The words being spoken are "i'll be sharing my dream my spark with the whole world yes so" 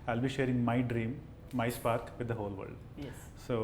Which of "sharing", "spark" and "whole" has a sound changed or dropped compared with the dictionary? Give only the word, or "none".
none